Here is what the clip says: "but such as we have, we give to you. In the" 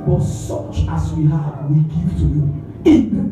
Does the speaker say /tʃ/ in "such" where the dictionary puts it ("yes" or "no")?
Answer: yes